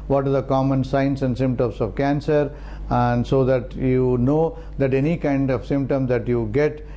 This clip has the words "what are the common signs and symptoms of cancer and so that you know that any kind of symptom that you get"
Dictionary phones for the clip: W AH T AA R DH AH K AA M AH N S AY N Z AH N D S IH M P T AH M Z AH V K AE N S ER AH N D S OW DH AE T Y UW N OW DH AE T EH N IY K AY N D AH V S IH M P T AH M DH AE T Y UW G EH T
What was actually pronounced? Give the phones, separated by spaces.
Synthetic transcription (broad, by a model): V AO T AA R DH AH K AA M AH N S AY N S AH N D S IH M P T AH M S AH V K AE N S ER AH N D S OW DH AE T Y UW N OW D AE T EH N IY K AY N D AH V S IH M P T AH M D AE T Y UW G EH T